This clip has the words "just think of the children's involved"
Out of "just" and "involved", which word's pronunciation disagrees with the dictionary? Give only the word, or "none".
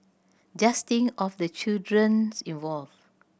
involved